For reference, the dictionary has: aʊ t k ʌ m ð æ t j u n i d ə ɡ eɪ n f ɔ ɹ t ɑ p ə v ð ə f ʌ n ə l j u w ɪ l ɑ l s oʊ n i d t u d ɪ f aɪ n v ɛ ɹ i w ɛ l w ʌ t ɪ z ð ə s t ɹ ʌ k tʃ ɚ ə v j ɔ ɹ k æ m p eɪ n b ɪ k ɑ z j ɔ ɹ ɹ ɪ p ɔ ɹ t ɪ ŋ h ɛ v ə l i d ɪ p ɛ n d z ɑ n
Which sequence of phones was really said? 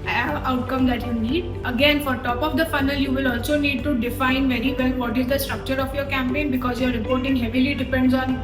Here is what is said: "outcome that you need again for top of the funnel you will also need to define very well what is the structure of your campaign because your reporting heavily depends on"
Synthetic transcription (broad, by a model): aʊ t k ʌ m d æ t j u n i d ə ɡ eɪ n f ɔ ɹ t ɑ p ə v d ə f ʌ n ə l j u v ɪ l ɑ l s oʊ n i d t u d ɪ f aɪ n v ɛ ɹ i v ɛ l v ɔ t ɪ z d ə s t ɹ ʌ k tʃ ɚ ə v j ɔ ɹ k æ m p eɪ n b ɪ k ɑ z j ɔ ɹ ɹ ɪ p ɔ ɹ t ɪ ŋ h ɛ v ə l i d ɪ p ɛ n d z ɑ n